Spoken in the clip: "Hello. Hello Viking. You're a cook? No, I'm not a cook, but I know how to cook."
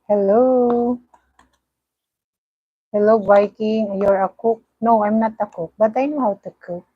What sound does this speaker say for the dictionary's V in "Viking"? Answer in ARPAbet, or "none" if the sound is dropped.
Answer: B